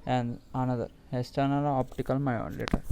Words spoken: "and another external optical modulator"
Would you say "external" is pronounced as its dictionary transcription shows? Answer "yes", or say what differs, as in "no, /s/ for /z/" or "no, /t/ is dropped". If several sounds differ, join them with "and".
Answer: no, /k/ is dropped